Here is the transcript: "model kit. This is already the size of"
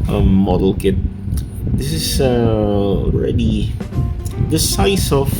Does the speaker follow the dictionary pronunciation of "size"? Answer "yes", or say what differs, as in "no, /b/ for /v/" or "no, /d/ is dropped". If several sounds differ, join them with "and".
no, /s/ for /z/